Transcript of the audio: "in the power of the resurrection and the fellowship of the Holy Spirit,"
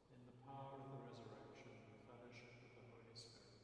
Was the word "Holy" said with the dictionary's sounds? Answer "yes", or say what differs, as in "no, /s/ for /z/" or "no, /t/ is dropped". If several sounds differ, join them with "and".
no, /l/ is dropped